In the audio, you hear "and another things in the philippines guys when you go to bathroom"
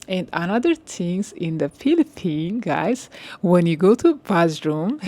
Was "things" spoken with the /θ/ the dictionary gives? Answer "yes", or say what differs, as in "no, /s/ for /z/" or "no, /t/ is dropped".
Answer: no, /t/ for /θ/